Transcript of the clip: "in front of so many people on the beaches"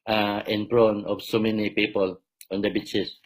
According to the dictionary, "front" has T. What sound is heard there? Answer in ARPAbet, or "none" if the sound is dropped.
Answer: none